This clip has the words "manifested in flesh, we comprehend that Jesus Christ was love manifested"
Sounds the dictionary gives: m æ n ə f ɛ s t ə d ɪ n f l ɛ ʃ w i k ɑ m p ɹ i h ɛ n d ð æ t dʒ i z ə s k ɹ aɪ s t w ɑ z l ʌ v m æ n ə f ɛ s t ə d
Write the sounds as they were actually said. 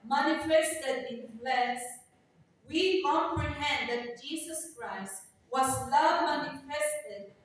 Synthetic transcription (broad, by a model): m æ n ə f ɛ s t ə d ɪ n p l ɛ s w i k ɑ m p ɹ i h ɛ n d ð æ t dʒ i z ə s k ɹ aɪ s t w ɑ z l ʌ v m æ n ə f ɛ s t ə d